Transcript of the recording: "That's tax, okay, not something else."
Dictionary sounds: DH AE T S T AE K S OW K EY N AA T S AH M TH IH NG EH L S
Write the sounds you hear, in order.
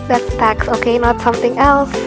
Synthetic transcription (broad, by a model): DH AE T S T AE K S OW K EY N AA T S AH M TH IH NG EH L S